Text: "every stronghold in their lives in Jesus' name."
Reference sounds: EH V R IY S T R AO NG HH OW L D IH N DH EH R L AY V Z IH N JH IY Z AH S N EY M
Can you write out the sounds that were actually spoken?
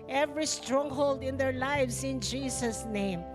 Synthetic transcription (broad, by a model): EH V R IY S T R AO NG HH OW L D IH N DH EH R L AY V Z IH N JH IY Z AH S N EY M